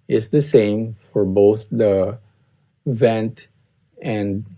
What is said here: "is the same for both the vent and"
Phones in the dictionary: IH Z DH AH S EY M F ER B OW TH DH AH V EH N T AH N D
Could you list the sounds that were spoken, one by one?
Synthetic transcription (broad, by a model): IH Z DH AH S EY M F ER B OW TH DH AH V EH N T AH N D